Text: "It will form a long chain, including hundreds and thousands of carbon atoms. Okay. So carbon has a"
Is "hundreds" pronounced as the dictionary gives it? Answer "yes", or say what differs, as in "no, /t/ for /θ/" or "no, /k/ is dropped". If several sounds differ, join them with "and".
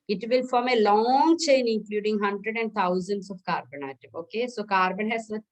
no, /z/ is dropped